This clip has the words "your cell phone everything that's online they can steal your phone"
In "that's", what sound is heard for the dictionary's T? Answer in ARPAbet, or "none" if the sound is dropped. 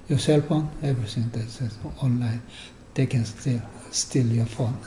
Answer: S